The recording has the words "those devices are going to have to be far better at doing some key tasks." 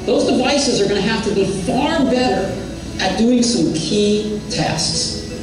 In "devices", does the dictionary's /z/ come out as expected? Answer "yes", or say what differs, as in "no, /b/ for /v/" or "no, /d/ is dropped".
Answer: yes